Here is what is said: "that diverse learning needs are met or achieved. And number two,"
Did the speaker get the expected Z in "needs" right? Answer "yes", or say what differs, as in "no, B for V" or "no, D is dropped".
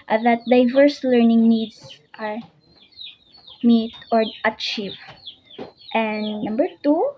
no, S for Z